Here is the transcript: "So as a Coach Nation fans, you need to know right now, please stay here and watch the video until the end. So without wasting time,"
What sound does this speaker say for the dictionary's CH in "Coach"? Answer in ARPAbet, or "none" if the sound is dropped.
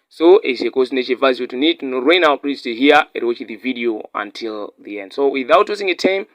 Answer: S